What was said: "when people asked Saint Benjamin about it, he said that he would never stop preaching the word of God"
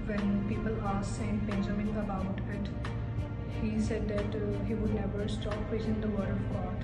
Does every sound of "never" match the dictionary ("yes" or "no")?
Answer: yes